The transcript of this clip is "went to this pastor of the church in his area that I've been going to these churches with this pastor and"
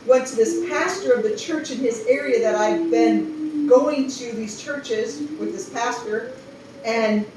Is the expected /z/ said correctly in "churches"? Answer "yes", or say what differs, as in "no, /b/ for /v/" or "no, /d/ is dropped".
yes